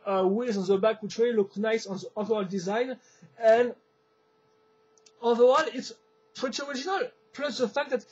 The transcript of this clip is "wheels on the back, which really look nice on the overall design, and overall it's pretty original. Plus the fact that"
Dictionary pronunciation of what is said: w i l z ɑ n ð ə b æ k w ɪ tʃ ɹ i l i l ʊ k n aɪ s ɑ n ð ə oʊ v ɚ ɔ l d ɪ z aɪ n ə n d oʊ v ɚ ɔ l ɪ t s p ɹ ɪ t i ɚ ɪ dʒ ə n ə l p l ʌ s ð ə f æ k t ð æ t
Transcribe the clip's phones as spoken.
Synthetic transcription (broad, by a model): w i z ɑ n ð ə b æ k w ɪ tʃ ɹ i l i l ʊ k n aɪ s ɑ n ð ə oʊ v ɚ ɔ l d ɪ z aɪ n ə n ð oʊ ɚ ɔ l ɪ t s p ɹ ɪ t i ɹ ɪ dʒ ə n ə l p l ʌ s ð ə f æ k t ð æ t